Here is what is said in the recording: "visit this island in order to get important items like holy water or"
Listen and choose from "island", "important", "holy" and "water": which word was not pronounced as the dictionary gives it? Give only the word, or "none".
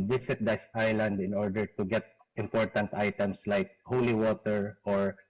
none